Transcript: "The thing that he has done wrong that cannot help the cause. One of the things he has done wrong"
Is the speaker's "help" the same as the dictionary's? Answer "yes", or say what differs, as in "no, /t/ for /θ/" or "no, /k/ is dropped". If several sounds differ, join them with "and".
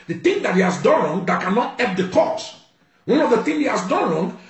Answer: no, /l/ is dropped